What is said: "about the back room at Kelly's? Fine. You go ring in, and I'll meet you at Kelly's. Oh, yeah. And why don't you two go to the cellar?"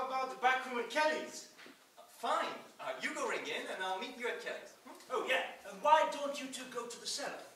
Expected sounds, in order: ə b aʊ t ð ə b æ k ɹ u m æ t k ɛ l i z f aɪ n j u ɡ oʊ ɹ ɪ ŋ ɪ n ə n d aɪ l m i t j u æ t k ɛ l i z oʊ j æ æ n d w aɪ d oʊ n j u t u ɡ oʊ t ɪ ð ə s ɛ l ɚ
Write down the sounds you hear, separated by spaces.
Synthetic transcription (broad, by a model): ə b aʊ t ð ə b æ k ɹ u m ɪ k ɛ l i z f aɪ n j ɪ ɡ oʊ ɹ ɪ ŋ ɪ n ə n aɪ l m i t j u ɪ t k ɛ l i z oʊ j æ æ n w aɪ d oʊ n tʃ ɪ t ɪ ɡ oʊ t ɪ ð ə s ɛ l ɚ